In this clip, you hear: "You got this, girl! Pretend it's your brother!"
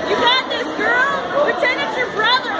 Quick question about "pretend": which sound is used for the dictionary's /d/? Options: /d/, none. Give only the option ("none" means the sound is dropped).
none